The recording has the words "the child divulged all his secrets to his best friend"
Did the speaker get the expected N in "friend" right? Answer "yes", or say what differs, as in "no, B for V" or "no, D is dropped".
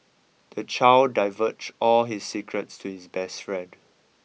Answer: no, N is dropped